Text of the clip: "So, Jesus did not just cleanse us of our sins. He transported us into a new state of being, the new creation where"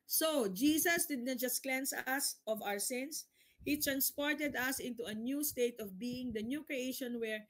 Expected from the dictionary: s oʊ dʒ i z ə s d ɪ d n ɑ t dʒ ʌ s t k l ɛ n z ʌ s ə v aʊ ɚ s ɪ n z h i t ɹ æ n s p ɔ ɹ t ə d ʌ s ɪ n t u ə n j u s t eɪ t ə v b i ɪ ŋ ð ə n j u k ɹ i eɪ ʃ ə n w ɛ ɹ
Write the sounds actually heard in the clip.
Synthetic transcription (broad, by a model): s oʊ dʒ i s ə s d ɪ d n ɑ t dʒ ʌ s t k l ɛ n s ʌ s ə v aʊ ɚ s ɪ n s h i t ɹ æ n s p ɔ ɹ t ə d ʌ s ɪ n t u ə n j u s t eɪ t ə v b i ɪ ŋ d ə n j u k ɹ i eɪ ʃ ə n w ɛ ɹ